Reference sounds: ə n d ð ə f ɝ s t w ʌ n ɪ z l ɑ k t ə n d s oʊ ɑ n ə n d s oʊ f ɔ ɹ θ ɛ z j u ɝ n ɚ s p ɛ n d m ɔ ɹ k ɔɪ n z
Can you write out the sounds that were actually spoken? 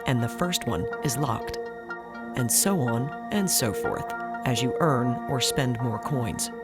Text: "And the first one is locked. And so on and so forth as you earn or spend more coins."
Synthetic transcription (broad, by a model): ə n ð ə f ɝ s t w ʌ n ɪ z l ɑ k t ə n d s oʊ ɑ n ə n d s oʊ f ɔ ɹ θ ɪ z j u ɝ n ɚ s p ɛ n d m ɔ ɹ k ɔɪ n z